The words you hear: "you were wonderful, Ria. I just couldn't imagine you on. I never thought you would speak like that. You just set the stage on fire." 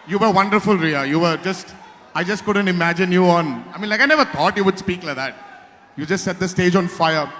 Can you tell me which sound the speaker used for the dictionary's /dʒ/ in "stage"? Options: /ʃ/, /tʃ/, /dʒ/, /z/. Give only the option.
/dʒ/